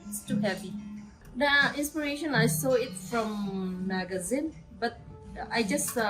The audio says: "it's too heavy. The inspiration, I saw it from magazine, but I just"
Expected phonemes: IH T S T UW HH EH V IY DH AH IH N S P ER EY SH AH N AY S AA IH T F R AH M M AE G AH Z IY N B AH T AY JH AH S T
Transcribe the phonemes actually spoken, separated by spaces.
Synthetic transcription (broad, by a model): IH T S T UW HH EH P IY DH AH IH N S P ER EY SH AH N AY S AA IH T F R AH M M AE G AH Z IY N B AH T AY JH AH S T